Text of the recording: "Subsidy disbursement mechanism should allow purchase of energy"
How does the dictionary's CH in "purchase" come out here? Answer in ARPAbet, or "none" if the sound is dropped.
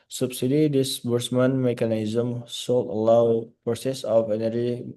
S